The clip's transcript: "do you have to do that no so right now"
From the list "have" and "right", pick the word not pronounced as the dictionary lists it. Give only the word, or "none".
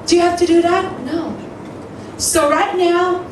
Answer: have